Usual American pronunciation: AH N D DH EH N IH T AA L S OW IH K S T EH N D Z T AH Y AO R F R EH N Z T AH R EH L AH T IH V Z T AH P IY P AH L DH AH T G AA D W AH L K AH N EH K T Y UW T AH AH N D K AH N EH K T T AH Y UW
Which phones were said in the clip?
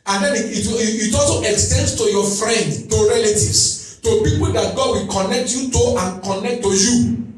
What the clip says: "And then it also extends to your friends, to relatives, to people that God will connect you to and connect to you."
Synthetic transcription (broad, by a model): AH N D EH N IH T AA L S OW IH K S T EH N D S T AH Y AO F R EH N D T AH R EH L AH T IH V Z T AH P IY P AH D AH T G AA D W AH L K AH N EH K T Y UW T AH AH N K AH N EH K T T AH Y UW